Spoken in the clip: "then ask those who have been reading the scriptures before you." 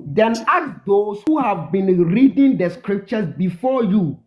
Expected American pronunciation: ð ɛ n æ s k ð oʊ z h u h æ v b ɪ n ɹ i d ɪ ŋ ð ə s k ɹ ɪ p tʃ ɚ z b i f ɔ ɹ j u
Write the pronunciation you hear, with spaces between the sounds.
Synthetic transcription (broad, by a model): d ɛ n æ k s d oʊ s h u h æ v b ɪ n ɹ i d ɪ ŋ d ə s k ɹ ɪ p tʃ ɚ s b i f ɔ j u